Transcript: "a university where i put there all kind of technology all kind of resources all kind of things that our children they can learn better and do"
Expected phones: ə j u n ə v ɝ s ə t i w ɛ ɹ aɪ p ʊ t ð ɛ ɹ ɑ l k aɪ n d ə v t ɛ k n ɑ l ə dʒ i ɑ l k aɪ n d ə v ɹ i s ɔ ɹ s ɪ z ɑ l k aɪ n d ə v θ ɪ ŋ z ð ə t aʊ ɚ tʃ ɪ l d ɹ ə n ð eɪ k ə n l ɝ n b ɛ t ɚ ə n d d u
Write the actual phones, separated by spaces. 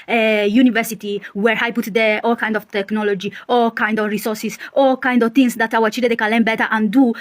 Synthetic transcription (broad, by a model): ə j u n ə v ɝ s ə t i w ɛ ɹ aɪ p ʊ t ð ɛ ɑ l k aɪ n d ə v t ɛ k n ɑ l ə dʒ i ɑ l k aɪ n d ə v ɹ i s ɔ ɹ s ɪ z ɑ l k aɪ n d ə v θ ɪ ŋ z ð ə t aʊ ɚ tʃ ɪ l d ə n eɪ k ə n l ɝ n b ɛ t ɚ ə n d d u